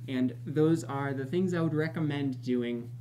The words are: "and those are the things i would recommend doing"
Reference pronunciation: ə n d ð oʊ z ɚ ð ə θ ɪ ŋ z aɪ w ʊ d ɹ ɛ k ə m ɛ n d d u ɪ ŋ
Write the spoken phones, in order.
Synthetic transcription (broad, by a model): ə n ð oʊ z ɚ ð ə θ ɪ ŋ z aɪ w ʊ d ɹ ɛ k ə m ɛ n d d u ɪ ŋ